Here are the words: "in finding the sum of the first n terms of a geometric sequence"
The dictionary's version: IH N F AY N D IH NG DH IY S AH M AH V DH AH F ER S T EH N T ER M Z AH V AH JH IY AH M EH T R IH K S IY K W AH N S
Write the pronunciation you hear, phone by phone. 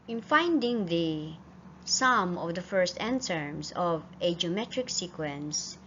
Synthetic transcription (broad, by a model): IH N F AY N D IH NG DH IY S AH M AH V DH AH F ER S T EH N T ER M S AH V AH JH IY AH M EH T R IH K S IY K W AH N S